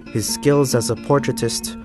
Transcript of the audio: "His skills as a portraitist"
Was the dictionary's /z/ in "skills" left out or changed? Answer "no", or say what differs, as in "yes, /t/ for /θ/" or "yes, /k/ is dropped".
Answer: no